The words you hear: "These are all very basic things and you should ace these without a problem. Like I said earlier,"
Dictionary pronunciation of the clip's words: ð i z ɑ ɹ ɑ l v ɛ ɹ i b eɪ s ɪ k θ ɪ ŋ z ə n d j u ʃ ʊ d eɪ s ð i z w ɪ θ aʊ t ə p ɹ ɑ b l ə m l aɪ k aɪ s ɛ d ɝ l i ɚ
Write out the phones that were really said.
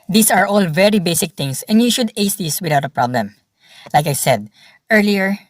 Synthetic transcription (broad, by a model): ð i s ɑ ɹ ɑ l v ɛ ɹ i b eɪ s ɪ k t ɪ ŋ s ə n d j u ʃ ʊ d eɪ s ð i s w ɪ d aʊ t ə p ɹ ɑ b l ə m l aɪ k aɪ s ɛ d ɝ l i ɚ